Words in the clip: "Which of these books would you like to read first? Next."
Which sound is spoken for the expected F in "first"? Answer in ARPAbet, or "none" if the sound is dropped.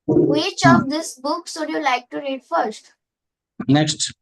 F